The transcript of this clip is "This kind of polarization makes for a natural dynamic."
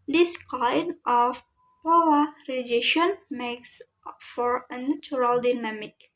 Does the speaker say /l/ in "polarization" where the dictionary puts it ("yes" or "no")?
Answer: no